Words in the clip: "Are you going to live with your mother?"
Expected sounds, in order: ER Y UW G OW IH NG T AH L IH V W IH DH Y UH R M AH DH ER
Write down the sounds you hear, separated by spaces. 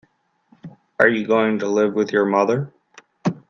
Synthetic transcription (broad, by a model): ER Y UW G OW IH NG T AH L IH V W IH DH Y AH R M AH DH ER